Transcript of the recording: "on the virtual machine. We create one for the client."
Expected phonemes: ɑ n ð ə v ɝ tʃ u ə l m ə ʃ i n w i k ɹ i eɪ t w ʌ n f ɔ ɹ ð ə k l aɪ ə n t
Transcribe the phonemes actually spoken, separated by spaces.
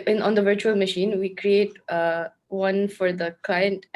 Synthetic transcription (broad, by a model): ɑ n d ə v ɝ tʃ u ə l m ə ʃ i n w i k ɹ i eɪ t w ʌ n f ɔ ɹ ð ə k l aɪ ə n t